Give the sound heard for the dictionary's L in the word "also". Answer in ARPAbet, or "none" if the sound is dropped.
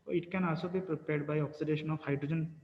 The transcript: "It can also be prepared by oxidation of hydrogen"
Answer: none